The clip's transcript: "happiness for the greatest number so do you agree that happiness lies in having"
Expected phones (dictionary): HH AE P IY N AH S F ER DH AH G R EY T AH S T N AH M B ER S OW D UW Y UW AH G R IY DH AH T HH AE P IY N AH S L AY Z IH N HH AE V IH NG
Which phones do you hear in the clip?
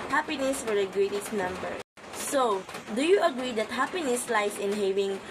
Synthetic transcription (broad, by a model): HH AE P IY N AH S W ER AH G R EY T AH S T N AH M B ER S OW D UW Y UW AH G R IY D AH T HH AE P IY N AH S L AY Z IH N HH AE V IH NG